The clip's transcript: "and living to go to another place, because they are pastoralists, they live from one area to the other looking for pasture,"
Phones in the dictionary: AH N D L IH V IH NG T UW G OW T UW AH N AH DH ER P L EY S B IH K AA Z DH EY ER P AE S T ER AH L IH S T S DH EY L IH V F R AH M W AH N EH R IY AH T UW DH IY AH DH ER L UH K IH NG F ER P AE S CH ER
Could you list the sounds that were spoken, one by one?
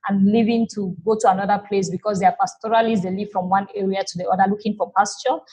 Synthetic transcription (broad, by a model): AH N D L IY V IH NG T UW G OW T UW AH N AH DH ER P L EY S B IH K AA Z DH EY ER P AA S T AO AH L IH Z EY L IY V F R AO M W AH N EH R IY AH T UW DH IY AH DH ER L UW K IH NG F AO P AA S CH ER